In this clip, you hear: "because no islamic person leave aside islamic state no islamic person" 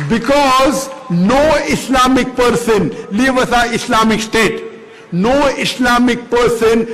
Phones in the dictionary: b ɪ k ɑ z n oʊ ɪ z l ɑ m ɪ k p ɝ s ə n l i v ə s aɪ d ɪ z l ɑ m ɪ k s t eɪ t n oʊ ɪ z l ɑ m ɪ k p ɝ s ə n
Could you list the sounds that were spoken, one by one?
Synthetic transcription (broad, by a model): b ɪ k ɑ z n oʊ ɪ s l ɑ m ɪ k p ɝ s ə n l i v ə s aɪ ɪ s l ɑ m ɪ k s t eɪ t n oʊ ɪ s l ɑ m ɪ k p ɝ s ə n